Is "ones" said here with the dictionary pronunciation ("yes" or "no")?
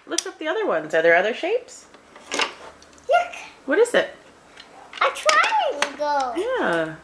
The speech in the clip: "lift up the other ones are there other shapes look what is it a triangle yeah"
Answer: yes